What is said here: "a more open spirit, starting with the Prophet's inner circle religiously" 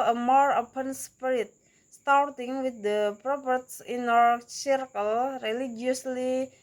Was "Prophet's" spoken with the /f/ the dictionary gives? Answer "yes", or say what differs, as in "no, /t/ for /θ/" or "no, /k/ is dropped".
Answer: no, /p/ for /f/